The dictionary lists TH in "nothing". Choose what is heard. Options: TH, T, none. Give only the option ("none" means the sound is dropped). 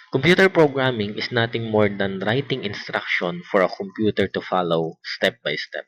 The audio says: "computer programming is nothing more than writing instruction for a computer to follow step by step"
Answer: T